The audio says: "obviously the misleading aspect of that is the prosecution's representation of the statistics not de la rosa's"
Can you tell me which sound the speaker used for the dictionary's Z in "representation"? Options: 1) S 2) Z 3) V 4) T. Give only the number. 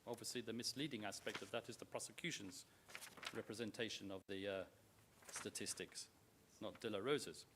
2